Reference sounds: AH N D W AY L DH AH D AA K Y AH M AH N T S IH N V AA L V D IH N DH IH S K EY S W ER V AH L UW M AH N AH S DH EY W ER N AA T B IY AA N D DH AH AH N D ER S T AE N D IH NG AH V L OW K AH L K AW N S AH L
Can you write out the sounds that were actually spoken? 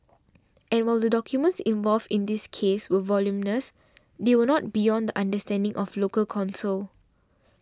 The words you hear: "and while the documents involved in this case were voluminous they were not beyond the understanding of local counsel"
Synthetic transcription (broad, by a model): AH N W AY L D AH D AA K Y AH M AH N T S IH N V AA L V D IH N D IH S K EY S W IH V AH L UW M N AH S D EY W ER N AA T B IY AA N D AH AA N D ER S T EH N D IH NG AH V L OW K AH L K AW N S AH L